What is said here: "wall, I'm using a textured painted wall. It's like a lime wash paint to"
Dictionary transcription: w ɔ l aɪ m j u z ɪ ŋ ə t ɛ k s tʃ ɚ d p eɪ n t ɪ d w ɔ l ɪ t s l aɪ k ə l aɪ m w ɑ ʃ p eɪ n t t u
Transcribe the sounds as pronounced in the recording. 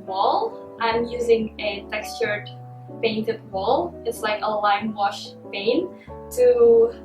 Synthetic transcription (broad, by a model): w ɔ l aɪ m j u z ɪ ŋ ə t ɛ k s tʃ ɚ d p eɪ n t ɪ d w ɔ l ɪ t s l aɪ k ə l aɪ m w ɑ ʃ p eɪ n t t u